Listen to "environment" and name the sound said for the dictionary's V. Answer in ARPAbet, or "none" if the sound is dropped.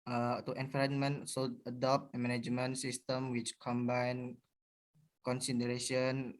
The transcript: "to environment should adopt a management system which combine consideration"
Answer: F